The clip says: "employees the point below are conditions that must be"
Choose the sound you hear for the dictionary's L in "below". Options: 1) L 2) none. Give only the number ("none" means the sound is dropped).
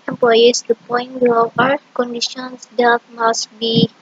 2